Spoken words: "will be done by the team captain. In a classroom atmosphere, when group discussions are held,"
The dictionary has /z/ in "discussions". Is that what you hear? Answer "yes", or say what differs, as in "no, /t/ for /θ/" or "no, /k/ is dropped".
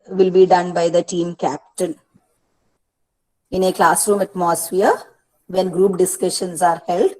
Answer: no, /s/ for /z/